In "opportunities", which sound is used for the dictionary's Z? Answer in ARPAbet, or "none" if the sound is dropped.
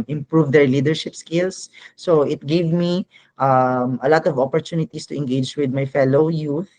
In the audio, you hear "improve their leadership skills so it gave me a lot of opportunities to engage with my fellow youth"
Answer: S